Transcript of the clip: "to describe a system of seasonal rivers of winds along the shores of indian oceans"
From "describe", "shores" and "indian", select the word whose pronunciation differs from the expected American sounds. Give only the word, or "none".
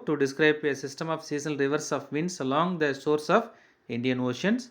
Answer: shores